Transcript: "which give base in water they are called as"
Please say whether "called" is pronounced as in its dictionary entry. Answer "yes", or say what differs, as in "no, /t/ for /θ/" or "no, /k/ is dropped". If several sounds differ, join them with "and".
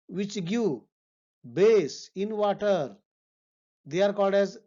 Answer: no, /l/ is dropped